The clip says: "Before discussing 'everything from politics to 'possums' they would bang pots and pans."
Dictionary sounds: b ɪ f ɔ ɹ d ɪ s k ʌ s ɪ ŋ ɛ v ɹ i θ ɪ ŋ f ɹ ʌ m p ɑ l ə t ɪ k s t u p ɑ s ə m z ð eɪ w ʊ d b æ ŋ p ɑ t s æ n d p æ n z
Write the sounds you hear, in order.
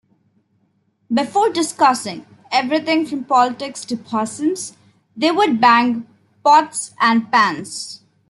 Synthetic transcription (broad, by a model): b ɪ f ɔ ɹ d ɪ s k ʌ s ɪ ŋ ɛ v ɹ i t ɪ ŋ f ɹ ʌ m p ɑ l ə t ɪ k s t u p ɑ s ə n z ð eɪ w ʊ d b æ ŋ p ɑ t s æ n d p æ n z